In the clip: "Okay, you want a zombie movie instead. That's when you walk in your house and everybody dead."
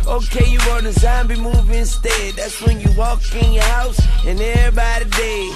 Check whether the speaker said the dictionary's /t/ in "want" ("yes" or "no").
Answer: no